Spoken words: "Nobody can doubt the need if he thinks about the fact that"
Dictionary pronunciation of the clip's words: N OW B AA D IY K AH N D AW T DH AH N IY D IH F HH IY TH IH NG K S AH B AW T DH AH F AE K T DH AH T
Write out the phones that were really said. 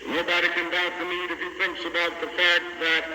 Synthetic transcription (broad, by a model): N OW B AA D IY K AH N D AW T DH AH N IY D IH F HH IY TH IH NG K S AH B AW T DH AH F AE K T DH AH T